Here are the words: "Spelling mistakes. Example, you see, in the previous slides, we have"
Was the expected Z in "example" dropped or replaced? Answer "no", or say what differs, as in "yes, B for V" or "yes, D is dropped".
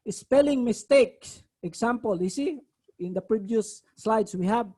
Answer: yes, S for Z